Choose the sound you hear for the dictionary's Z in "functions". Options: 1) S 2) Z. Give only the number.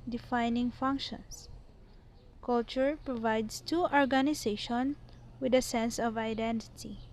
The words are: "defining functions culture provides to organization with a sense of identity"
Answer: 1